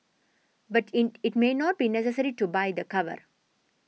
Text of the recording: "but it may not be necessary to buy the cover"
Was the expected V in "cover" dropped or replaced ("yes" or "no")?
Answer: no